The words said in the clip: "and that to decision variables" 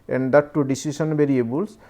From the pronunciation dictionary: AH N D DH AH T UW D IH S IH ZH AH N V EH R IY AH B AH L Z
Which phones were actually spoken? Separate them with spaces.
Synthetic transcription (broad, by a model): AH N D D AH T UW D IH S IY S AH N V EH R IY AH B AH L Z